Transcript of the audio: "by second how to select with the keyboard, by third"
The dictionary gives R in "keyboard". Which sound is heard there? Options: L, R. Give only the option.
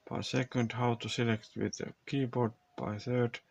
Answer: R